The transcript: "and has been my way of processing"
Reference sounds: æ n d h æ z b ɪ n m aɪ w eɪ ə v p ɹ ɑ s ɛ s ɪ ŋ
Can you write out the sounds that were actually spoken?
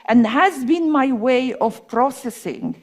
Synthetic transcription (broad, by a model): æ n d h æ z b ɪ n m aɪ w eɪ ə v p ɹ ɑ s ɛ s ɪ ŋ